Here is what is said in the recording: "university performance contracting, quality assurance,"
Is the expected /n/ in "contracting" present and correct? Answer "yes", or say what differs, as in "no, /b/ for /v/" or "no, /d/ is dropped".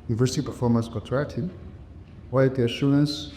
no, /n/ is dropped